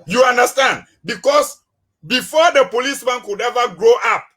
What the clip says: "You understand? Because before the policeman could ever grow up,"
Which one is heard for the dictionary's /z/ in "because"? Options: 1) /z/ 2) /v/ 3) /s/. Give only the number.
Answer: 3